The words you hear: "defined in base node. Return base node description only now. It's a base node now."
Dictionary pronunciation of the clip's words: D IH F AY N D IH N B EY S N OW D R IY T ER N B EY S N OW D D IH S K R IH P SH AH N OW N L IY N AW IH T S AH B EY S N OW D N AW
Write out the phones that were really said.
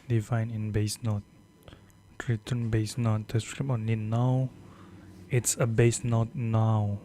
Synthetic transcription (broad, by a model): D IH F AY N IH N B EY S N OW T R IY T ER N B EY S N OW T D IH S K R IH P AH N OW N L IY N AW IH T S AH B EY S N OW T N AW